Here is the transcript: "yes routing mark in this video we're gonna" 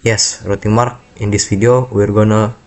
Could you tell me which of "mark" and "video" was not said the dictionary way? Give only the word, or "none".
video